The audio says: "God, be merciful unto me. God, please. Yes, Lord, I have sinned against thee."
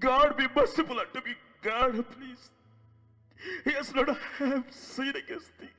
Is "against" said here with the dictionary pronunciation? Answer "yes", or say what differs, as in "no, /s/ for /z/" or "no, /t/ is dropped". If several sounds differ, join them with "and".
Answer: no, /n/ is dropped